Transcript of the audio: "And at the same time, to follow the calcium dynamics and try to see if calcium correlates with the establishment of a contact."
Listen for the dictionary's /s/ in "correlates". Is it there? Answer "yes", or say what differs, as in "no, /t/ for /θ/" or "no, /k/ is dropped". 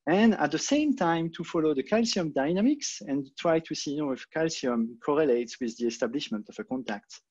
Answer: yes